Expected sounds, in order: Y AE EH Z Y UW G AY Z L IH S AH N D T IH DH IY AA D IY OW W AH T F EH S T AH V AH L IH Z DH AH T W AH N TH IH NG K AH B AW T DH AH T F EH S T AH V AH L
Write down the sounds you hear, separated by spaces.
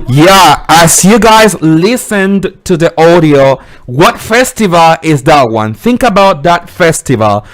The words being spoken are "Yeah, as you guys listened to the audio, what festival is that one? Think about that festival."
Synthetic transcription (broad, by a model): Y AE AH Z Y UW G AY Z L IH S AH N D T IH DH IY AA D IY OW W AH T F EH S T AH V AH L IH Z DH AH T W AH N TH IH NG K AH B AW T DH AH T F EH S T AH V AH L